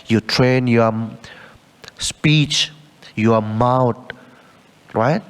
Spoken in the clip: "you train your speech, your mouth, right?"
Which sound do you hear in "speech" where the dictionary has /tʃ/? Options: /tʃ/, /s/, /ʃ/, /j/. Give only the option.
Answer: /tʃ/